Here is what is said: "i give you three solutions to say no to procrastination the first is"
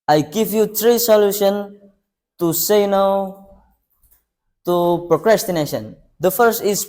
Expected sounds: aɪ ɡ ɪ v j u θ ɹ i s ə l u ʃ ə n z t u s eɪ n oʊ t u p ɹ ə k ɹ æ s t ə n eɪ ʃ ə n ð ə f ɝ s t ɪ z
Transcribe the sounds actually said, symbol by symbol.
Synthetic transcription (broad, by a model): aɪ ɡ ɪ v j u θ ɹ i s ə l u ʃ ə n t u s eɪ n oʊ t u p ɹ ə k ɹ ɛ s t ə n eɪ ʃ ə n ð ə f ɝ s t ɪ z